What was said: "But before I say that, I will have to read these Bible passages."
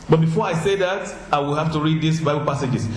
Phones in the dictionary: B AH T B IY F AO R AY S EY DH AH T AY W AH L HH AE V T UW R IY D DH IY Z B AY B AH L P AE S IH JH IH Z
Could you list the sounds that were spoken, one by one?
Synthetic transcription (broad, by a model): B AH T B IY F AO R AY S EY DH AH T AY W AH L HH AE F T UW R IY D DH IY S B AY B AH L P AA S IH JH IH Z